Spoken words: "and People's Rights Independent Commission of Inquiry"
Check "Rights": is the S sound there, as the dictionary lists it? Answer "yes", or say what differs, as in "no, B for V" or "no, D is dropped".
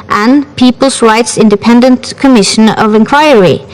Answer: yes